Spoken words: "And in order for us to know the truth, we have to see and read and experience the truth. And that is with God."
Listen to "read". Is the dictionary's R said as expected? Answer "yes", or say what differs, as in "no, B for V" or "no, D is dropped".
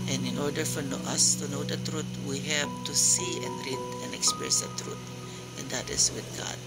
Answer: yes